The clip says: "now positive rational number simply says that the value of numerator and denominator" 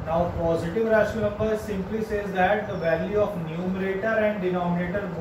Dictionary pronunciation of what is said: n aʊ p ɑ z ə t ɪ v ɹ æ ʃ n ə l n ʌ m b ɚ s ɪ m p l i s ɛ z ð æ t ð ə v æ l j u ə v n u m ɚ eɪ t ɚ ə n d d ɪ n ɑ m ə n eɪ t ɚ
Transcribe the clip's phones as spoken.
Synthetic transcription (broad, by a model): n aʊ p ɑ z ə t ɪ v ɹ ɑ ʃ ə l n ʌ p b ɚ s ɪ m p l i s ɛ z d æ t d ə v æ l j u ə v n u m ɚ eɪ t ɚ ə n d d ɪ n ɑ m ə n eɪ t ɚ